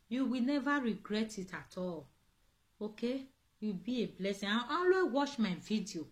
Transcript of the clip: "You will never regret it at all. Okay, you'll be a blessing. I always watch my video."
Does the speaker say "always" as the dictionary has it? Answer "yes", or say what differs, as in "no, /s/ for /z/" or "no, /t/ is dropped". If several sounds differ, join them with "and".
no, /z/ is dropped